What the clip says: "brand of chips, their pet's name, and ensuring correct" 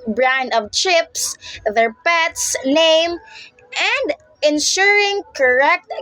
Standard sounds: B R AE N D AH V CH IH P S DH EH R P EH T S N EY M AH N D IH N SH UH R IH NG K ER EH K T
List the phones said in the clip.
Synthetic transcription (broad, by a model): B R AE N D AH V CH IH P S DH EH R P EH T S N EY M AH N D IH N SH UH R IH NG K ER EH K T